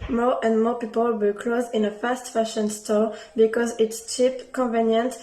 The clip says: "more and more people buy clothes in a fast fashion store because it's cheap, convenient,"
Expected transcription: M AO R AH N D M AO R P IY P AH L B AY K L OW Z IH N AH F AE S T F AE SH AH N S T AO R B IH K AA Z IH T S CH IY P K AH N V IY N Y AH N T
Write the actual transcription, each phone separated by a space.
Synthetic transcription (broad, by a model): M AO R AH N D M AO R P IY P AH L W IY K L OW Z IH N AH F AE S T F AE SH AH N S T AO R B IH K AA Z IH T S CH IY P K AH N V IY N Y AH N T